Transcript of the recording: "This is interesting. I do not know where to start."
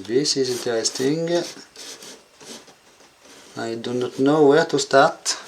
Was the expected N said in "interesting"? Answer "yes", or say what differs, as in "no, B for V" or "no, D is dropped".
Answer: no, N is dropped